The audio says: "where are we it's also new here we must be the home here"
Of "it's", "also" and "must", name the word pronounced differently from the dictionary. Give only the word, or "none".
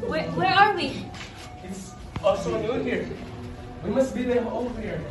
also